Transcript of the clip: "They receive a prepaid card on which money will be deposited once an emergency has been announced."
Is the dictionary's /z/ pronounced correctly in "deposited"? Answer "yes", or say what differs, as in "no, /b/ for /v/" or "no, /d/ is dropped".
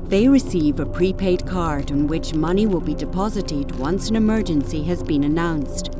yes